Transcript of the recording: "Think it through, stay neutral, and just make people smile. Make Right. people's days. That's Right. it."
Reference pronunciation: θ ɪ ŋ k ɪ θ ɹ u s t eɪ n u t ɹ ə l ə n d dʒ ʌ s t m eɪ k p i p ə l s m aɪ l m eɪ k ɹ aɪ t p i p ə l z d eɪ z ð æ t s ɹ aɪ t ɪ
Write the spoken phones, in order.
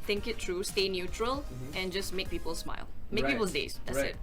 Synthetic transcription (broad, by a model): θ ɪ ŋ k ɪ t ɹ u s t eɪ n u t ɹ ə l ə n dʒ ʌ s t m eɪ k p i p ə l s m aɪ l m eɪ k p i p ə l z d eɪ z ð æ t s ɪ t